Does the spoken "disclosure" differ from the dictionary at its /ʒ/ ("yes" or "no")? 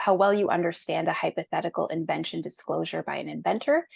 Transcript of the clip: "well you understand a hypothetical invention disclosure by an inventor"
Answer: no